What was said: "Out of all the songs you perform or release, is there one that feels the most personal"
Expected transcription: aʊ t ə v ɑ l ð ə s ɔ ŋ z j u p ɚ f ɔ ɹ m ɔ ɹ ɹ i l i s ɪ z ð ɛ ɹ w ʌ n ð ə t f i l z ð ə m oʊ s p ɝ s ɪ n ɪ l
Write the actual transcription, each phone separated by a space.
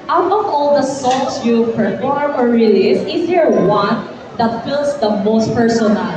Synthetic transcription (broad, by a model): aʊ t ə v ɑ l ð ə s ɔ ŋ s j u p ɚ f ɔ ɹ m ɔ ɹ ɹ i l i s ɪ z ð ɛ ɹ w ʌ n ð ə t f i l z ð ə m oʊ s p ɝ s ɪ n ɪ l